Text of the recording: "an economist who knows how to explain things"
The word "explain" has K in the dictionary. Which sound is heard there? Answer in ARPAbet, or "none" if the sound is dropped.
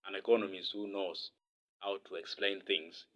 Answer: K